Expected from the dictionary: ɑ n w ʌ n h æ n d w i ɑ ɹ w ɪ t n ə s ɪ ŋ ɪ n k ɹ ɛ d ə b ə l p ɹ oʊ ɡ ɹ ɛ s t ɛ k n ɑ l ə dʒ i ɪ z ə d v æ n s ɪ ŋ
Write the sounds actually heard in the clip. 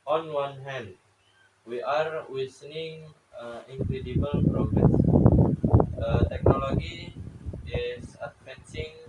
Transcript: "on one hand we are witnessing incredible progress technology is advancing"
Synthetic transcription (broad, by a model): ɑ n w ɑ n h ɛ n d w i ɑ ɹ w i s n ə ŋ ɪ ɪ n k ɹ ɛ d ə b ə l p ɹ oʊ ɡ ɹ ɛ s t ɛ k n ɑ l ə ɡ i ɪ s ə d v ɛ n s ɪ ŋ